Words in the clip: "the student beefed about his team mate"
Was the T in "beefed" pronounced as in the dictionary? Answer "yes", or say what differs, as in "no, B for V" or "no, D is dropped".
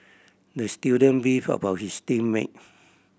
no, T is dropped